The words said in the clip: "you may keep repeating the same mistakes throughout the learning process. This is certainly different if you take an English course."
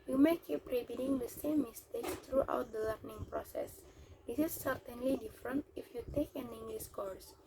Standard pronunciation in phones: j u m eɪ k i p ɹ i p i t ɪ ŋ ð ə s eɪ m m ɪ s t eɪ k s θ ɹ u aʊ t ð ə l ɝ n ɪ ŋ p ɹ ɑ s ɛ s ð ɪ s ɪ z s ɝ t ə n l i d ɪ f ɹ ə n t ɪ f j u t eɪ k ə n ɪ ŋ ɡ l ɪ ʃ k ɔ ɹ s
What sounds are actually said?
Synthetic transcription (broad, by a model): j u m eɪ k i p ɹ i b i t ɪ ŋ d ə s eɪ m m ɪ s t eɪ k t ɹ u aʊ t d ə l ɝ n ɪ ŋ p ɹ ɑ s ɛ s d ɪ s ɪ s ɝ t ə n l i d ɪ f ɹ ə n t ɪ f j u t eɪ k ə n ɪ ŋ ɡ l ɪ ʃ k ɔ ɹ s